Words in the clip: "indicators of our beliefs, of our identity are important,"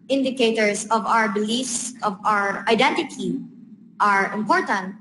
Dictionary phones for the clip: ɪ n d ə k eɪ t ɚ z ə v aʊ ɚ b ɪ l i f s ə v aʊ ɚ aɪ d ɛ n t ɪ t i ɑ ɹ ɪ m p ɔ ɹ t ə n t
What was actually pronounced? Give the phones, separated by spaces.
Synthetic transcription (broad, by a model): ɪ n d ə k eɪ t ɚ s ə v aʊ ɚ b ɪ l i f s ə v aʊ ɚ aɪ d ɛ n t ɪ t i ɑ ɹ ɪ m p ɔ ɹ t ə n t